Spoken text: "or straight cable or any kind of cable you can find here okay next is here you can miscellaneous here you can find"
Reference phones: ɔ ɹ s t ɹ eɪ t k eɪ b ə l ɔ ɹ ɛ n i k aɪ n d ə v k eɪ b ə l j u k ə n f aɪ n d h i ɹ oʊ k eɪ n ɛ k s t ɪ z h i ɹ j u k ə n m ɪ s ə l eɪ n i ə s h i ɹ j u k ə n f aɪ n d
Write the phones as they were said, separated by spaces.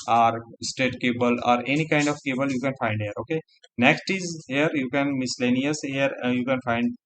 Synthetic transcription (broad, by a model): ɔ ɹ s t eɪ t k eɪ b ə l ɔ ɹ ɛ n i k aɪ n d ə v k eɪ b ə l j u k ə n f aɪ n d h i ɹ oʊ k eɪ n ɛ k s t ɪ z h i ɹ j u k ə n m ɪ s l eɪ n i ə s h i ɹ j u k ə n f aɪ n d